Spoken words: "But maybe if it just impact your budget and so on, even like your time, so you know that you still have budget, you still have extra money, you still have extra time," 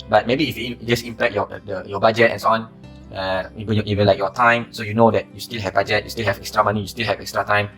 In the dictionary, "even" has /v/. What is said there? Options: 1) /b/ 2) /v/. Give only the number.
1